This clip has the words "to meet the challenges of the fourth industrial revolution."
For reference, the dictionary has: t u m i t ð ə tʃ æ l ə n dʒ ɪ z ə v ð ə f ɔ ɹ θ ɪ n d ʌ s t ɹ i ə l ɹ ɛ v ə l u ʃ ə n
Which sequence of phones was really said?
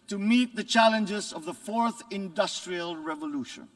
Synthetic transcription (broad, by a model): t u m i t ð ə tʃ æ l ə n dʒ ɪ z ə v ð ə f ɔ ɹ θ ɪ n d ʌ s t ɹ i ə l ɹ ɛ v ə l u ʃ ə n